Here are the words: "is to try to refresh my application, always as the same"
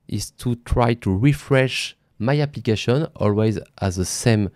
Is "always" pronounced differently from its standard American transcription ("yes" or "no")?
no